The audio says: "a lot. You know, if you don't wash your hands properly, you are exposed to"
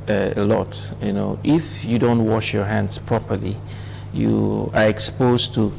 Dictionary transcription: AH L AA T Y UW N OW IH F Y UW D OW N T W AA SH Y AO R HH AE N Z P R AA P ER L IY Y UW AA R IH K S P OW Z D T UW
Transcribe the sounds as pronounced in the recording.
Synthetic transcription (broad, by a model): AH L AA T Y UW N OW IH F Y UW D OW N T W AA SH Y AO R HH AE N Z P R AA P ER L IY Y UW AA R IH K S P OW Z T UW